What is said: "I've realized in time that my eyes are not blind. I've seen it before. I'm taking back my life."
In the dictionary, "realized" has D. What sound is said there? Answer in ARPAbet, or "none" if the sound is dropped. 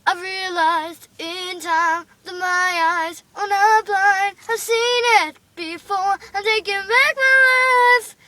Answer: D